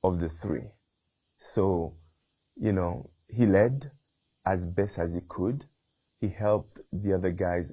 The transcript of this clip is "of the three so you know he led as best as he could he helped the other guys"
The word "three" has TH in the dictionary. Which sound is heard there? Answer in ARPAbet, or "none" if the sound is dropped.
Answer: TH